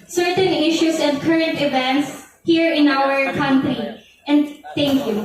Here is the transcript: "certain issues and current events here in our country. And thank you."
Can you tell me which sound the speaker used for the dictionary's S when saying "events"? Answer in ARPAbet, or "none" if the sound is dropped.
S